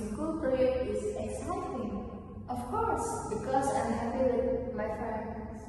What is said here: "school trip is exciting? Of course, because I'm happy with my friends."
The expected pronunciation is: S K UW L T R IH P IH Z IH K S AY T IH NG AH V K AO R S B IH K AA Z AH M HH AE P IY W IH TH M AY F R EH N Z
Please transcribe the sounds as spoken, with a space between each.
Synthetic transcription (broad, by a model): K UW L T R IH IH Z IH K S AY T IH NG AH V K AO R S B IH K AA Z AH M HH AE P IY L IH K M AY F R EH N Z